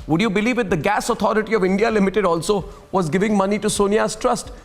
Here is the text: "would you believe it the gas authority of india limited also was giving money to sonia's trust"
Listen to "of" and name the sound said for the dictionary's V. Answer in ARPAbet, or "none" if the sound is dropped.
V